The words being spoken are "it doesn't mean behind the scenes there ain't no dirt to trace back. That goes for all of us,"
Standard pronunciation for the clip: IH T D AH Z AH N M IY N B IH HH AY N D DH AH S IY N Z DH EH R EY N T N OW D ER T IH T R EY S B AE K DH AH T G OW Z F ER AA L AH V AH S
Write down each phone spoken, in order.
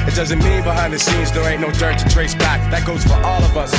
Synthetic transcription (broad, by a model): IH T D AH Z AH N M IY B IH HH AY N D DH AH S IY Z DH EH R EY T N OW D ER T IH T R EY S B AE K DH AH T G OW Z F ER AA L AH V AH S